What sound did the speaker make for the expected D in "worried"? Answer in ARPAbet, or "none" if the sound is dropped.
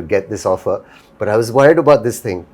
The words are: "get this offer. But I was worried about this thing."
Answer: D